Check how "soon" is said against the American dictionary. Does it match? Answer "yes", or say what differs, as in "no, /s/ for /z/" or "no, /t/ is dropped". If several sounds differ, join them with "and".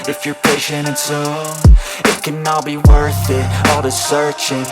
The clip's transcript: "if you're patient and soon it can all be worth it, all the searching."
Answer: no, /n/ is dropped